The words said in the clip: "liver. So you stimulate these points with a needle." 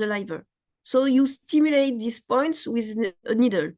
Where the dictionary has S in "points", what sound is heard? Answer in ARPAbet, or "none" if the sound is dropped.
S